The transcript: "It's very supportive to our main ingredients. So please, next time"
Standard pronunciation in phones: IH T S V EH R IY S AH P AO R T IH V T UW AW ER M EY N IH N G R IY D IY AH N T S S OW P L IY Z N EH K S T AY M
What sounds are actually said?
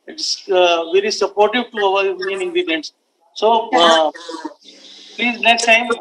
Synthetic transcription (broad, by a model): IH T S V EH R IY S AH P AO R T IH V T UW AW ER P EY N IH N G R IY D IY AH N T S S OW P L IY Z N EH K S T AY M